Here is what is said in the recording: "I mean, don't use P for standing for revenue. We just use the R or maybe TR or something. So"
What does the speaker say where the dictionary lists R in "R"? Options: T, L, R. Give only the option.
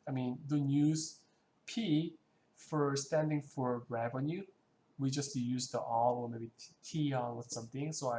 L